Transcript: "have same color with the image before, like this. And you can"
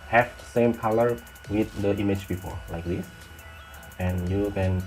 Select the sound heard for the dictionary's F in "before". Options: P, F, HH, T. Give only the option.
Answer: P